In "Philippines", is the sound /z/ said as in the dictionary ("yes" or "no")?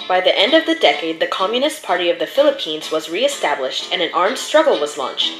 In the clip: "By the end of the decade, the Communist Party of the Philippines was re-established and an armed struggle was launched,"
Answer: yes